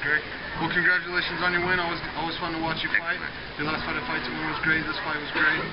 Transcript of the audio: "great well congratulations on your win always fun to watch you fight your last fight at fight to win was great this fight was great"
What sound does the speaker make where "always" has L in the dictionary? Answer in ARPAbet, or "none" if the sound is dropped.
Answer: W